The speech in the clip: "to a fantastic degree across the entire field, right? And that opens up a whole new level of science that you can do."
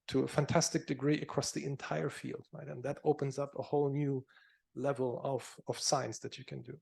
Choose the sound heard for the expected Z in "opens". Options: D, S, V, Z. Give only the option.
Z